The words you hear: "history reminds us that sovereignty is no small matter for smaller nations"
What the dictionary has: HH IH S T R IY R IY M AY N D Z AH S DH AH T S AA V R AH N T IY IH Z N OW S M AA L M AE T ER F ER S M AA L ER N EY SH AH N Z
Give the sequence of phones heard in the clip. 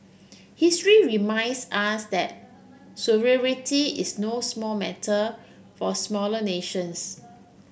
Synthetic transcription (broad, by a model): HH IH S T R IY R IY M AY N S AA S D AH T S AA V R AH T IY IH S N OW S M AA L M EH T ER F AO S M AA L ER N EY SH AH N S